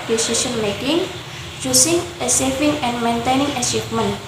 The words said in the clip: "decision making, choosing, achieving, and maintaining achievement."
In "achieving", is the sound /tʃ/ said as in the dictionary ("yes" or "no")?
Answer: no